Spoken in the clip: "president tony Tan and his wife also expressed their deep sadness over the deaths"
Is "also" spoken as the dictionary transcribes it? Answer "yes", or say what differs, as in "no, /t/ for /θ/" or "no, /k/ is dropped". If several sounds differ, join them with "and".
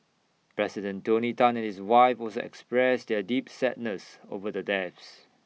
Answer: no, /l/ is dropped